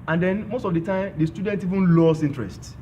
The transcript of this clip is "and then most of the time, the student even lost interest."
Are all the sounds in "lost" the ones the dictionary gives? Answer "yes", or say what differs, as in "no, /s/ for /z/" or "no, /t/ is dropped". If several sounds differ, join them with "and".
no, /t/ is dropped